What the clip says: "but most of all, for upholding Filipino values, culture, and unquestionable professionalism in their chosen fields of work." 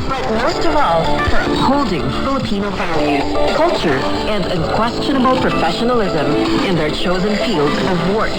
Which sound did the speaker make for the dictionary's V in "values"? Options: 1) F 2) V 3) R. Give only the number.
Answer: 1